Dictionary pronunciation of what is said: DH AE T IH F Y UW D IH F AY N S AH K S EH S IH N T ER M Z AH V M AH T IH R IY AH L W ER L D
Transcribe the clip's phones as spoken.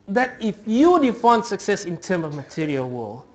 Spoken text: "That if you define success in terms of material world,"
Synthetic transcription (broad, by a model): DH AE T IH F Y UW D IH F AY N S AH K S EH S IH N T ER M AH V M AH T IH R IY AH L W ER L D